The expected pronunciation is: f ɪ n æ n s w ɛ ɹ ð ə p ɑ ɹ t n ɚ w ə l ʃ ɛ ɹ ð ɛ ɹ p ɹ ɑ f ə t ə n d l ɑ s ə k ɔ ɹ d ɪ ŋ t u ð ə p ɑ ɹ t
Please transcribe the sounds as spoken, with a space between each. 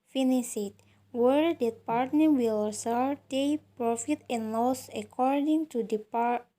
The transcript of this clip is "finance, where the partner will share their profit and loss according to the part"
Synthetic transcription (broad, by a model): f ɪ n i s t w ɛ ɹ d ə p ɑ ɹ t n ɚ w ə l s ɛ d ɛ p ɹ ɑ f ə t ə n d l ɑ s ə k ɔ ɹ d ɪ ŋ t u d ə p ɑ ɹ